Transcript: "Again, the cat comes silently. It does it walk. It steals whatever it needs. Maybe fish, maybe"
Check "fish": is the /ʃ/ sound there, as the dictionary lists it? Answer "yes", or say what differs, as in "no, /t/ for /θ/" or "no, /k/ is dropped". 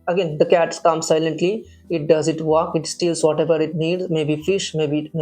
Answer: yes